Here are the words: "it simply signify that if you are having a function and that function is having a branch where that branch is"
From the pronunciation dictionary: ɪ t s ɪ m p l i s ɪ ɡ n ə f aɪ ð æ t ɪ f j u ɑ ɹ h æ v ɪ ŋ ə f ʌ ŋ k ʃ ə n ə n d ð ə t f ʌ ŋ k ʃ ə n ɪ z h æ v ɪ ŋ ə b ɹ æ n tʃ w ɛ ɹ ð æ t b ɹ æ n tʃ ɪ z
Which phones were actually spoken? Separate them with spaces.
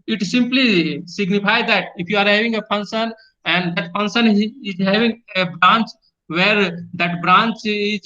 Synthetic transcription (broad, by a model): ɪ t s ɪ m p l i s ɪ ɡ n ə p aɪ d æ t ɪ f j u ɑ ɹ h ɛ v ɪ ŋ ə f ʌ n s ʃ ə n ə n d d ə t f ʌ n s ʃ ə n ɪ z h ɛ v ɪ ŋ ə b ɹ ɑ n tʃ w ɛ ɹ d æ t b ɹ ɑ n tʃ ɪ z